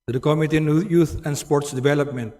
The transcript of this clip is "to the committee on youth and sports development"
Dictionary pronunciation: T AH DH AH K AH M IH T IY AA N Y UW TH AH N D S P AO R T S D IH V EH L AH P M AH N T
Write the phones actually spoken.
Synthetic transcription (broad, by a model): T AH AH K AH M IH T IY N Y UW T AH N D S P AO R T S D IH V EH L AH P M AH N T